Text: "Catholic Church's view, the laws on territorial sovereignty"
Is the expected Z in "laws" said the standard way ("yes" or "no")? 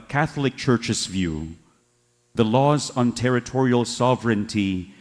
yes